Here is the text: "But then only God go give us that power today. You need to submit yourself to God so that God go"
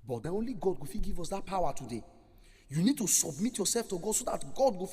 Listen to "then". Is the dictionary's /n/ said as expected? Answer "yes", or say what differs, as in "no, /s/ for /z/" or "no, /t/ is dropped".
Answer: no, /n/ is dropped